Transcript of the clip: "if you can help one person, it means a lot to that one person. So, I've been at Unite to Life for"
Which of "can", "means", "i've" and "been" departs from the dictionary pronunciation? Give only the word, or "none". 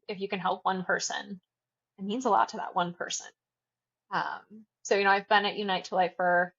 none